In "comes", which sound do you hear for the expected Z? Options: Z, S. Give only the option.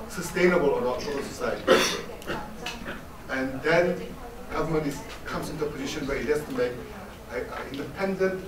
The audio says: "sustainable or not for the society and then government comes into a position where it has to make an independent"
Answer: S